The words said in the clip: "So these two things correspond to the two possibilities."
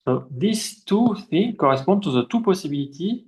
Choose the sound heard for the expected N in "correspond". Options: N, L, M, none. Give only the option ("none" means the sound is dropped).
none